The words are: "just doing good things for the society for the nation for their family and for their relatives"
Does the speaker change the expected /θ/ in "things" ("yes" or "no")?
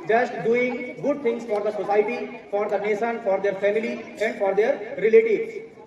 yes